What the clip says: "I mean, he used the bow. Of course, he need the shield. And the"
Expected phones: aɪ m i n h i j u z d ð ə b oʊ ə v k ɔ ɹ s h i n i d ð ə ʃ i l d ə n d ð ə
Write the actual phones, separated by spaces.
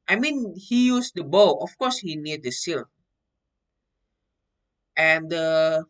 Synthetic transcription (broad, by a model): aɪ m i n h i j u s d ə b oʊ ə f k ɔ s h i n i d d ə s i l ə n d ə